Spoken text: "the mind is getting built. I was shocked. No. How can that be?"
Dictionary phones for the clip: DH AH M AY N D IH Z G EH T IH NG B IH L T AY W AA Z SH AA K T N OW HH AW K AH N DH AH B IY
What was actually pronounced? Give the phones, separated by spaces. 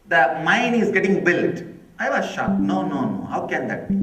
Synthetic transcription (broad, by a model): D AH M AY N IH Z G EH T IH NG B IH L T AY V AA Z SH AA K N N OW HH AW K AH N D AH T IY